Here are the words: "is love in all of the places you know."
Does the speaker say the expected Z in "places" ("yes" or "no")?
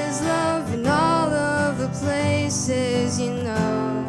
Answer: yes